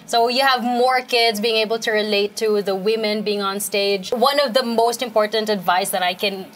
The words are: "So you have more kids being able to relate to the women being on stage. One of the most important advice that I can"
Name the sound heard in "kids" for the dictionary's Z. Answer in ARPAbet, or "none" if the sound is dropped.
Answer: Z